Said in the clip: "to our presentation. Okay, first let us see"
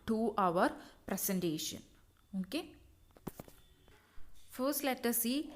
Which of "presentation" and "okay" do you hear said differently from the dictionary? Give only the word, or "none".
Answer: presentation